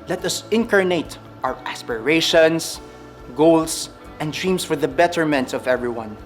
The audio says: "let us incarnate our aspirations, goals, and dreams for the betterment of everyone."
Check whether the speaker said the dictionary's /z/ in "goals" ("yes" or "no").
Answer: no